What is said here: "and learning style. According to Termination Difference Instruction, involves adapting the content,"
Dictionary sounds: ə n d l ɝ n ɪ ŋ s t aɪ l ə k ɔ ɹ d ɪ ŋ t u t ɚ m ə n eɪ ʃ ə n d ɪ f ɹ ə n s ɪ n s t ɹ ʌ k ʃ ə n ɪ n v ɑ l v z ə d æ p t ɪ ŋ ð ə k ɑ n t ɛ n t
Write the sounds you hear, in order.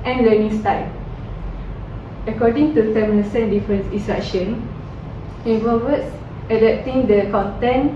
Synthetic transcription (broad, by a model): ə n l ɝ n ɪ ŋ s t aɪ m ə k ɔ d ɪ ŋ t u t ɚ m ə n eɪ s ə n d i f ɹ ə n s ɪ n s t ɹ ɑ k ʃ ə n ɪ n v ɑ v s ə d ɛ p t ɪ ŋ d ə k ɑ n t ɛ n